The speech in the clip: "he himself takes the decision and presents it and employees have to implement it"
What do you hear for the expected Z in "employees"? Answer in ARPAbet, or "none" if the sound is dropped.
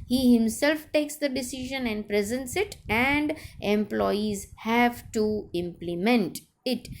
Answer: Z